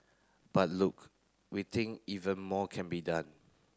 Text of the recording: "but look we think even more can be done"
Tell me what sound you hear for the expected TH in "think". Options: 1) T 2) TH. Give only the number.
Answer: 1